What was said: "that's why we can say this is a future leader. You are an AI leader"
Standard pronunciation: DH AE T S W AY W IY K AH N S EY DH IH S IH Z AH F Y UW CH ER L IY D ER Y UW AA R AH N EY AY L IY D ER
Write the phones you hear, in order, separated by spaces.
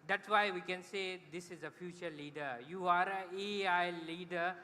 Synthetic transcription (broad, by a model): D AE T S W AY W IY K AH N S EY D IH S IH Z AH F Y UW CH ER L IY D ER Y UW AA R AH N EY AY L IY D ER